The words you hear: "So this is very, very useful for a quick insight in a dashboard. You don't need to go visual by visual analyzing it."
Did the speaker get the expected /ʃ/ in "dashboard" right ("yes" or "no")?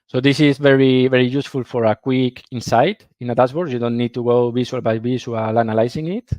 no